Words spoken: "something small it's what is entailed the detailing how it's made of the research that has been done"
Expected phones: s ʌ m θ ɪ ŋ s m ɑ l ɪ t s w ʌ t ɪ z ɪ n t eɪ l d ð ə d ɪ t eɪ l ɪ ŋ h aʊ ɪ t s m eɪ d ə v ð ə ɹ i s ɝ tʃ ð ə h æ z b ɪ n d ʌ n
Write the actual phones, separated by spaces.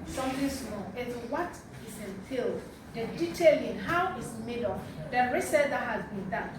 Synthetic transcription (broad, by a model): s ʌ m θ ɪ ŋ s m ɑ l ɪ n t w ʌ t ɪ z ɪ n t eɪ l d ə d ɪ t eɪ l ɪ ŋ h aʊ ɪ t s m eɪ d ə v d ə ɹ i s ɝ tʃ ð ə h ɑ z b ɪ n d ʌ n